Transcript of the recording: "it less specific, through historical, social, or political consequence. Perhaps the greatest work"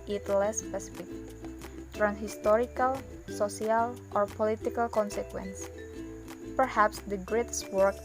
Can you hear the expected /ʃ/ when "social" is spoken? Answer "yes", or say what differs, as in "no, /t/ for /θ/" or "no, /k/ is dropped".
no, /s/ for /ʃ/